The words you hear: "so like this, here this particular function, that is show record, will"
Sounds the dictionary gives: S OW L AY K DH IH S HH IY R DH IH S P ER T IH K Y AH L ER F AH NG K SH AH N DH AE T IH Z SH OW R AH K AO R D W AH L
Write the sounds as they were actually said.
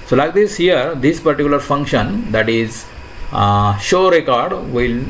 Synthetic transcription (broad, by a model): S OW L AY K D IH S HH IY R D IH S P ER T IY K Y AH L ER F AH NG K SH AH N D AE T IH Z SH OW R AH K AO R D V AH L